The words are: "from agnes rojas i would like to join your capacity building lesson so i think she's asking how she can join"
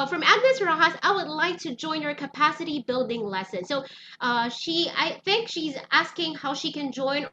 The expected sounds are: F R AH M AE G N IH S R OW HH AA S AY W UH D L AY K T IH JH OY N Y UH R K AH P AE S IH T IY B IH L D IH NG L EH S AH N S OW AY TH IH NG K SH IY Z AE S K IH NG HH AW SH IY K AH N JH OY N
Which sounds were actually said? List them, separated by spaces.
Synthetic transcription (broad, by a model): F R AH M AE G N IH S R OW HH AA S AY W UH D L AY K T IH JH OY N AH R K AH P AE S IH T IY B IH L D IH NG L EH S AH N S OW AY TH IH NG K SH IY Z AE S K IH NG HH AW SH IY K AH N JH OY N